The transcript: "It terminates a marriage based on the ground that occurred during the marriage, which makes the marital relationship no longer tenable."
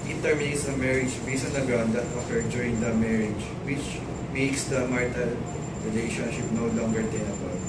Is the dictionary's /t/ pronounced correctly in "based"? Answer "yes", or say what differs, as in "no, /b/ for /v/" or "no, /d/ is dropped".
no, /t/ is dropped